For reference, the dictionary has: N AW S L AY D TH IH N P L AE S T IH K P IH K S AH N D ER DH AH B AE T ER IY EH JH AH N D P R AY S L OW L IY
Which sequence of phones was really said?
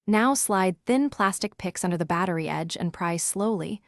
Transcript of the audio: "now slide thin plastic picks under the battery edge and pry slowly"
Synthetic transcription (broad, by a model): N AW S L AY D TH IH N P L AE S T IH K P IH K S AH N D ER DH AH B AE T ER IY EH JH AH N P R AY S L OW L IY